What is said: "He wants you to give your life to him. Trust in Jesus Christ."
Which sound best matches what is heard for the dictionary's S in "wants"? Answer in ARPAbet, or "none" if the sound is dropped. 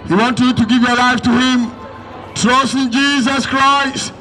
none